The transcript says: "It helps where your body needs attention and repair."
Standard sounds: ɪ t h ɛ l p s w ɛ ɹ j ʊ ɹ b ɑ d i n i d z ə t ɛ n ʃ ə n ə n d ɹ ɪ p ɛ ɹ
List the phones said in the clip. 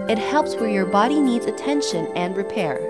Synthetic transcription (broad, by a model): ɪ t h ɛ l p s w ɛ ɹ j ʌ ɹ b ɑ d i n i d z ə t ɛ n ʃ ə n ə n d ɹ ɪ p ɛ ɹ